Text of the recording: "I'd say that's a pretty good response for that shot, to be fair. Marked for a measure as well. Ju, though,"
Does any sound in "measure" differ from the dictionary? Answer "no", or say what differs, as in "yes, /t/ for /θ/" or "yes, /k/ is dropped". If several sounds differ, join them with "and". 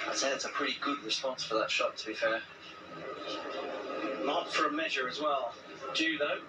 no